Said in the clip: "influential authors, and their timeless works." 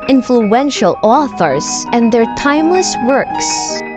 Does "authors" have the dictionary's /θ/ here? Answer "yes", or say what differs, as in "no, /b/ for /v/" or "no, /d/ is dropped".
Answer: yes